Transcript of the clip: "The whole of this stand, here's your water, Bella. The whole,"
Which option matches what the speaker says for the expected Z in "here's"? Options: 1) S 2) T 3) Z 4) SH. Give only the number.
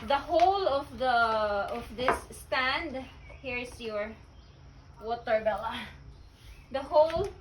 1